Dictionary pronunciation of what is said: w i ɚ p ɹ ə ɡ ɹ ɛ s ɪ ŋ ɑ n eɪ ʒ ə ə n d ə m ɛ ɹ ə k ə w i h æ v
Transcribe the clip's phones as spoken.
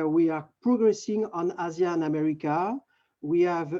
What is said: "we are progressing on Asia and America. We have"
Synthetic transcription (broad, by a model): w i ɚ p ɹ ə ɡ ɹ ɛ s ɪ ŋ ɑ n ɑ z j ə n ə m ɛ ɹ ə k ə w i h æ v